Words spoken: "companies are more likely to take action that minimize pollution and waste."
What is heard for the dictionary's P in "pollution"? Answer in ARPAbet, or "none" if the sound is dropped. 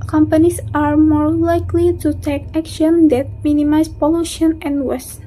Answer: P